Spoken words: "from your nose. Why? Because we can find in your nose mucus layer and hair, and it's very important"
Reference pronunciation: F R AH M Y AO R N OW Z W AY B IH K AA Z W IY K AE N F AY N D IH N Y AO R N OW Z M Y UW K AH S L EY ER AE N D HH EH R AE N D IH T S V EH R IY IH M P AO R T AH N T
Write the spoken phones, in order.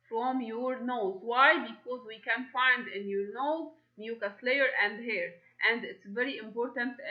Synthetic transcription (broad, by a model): F R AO M Y AO R N OW Z W AY B IH K AA Z W IY K AE N F AY N D IH N Y AO R N OW Z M Y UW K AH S L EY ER AE N D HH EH R AE N D IH T S V EH R IY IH M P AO R T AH N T